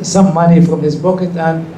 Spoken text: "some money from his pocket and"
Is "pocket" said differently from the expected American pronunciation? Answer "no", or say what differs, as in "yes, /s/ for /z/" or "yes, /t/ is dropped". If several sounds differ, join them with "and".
yes, /b/ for /p/